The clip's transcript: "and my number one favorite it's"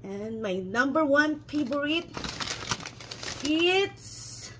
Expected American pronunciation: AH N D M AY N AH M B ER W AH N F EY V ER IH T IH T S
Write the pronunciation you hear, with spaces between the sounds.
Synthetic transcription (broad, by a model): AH N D M AY N AH M B ER W AH N P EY B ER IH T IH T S